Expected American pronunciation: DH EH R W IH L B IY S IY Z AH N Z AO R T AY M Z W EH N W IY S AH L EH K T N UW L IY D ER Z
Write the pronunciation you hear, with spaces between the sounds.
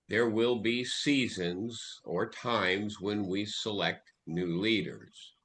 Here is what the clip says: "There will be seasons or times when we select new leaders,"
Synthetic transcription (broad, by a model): DH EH R W IH L B IY S IY Z AH N Z AO R T AY M Z W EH N W IY S AH L EH K T N UW L IY D ER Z